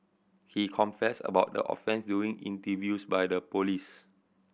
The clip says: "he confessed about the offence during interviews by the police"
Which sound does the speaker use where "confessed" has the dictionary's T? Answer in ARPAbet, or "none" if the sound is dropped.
none